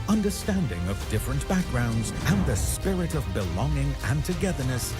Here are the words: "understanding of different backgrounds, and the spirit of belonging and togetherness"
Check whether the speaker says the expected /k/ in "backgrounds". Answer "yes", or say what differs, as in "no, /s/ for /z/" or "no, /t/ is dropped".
yes